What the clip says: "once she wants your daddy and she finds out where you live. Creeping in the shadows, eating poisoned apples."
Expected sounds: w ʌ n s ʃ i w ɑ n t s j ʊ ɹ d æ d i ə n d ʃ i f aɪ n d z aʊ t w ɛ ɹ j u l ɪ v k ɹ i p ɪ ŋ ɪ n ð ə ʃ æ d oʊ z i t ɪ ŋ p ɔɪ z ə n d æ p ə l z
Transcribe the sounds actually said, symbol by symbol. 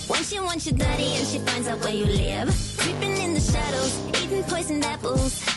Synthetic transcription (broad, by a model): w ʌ n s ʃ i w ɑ n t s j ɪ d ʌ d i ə n ʃ i f aɪ n d z aʊ t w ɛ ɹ j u l ɪ v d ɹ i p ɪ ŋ ɪ n ð ə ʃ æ d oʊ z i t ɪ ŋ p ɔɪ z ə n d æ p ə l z